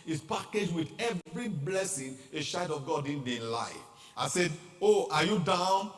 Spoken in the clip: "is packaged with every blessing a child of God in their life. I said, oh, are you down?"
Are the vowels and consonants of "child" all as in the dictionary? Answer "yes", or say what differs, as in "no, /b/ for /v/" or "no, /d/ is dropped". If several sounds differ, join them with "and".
no, /ʃ/ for /tʃ/ and /l/ is dropped